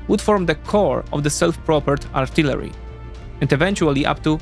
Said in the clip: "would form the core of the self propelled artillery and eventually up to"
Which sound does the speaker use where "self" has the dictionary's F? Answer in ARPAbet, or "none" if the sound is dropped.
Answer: F